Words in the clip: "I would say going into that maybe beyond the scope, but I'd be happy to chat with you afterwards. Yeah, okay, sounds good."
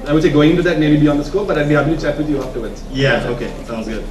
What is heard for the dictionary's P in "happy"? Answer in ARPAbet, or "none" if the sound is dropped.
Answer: B